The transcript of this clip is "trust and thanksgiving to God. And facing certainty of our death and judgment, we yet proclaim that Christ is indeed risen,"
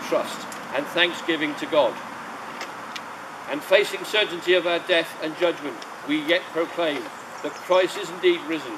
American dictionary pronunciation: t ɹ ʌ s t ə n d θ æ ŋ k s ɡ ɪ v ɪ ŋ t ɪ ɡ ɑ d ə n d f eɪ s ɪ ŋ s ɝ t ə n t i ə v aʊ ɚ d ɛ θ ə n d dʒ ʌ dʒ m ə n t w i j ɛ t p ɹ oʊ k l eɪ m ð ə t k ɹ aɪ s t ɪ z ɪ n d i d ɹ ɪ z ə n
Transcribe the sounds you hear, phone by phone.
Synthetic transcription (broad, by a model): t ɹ ʌ s t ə n θ æ ŋ k s ɡ ɪ v ɪ ŋ t ɪ ɡ ɑ d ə n f eɪ s ɪ ŋ s ɝ t n t i ə v aʊ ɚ d ɛ θ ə n dʒ ʌ dʒ m ə n t w i j ɛ t p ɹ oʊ k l eɪ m ð ə t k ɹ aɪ s ɪ z ɪ n d i d ɹ ɪ z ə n